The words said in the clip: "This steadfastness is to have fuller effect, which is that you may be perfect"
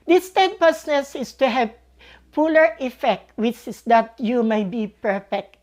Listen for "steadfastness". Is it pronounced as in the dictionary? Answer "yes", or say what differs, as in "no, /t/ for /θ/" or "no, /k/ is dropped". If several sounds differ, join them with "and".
no, /p/ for /f/